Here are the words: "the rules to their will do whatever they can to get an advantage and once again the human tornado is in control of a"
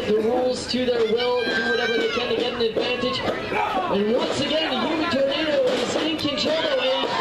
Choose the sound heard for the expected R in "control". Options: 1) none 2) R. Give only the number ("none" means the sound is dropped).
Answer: 1